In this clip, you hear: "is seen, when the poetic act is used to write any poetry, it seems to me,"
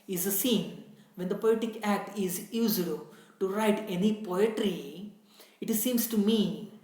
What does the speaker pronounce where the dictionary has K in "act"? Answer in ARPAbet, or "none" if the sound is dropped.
K